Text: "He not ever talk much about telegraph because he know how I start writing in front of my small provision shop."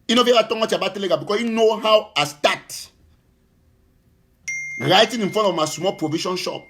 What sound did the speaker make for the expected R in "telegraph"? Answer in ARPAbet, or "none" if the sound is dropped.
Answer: none